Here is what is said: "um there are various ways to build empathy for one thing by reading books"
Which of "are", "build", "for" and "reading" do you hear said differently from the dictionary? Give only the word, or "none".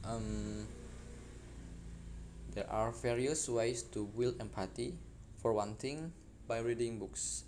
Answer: build